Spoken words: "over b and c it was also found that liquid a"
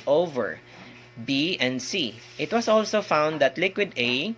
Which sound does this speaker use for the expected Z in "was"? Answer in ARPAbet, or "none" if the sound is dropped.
S